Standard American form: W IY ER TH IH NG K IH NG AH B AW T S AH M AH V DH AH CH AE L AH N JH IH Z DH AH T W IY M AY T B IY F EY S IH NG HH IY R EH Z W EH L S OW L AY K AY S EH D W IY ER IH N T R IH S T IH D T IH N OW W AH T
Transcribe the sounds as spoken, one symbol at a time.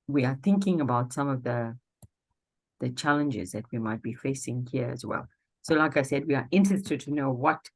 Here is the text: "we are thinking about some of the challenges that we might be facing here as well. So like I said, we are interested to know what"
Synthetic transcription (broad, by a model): W IY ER TH IH NG K IH NG AH B AW T S AH M AH V DH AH CH AE L AH N JH IH Z DH AH T W IY M AY T B IY F EY S IH NG HH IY R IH Z W EH L S OW L AY K AY S EH D W IY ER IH N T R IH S T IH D T IH N OW W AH T